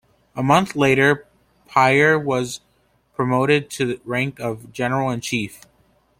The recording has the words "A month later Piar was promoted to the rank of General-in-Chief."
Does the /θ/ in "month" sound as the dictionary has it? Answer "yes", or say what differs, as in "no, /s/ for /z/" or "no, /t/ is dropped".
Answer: yes